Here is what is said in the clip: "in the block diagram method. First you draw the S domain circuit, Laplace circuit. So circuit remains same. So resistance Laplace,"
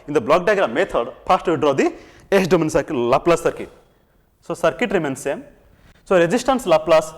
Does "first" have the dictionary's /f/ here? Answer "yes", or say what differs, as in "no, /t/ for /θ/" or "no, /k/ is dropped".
no, /p/ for /f/